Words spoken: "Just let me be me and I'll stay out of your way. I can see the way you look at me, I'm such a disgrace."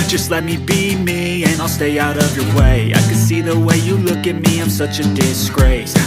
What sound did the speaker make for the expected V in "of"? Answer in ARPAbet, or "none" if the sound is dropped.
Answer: V